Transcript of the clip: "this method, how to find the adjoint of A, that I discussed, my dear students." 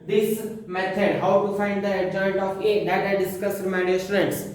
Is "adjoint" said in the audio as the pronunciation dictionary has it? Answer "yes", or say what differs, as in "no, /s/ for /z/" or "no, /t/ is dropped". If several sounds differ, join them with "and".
no, /n/ is dropped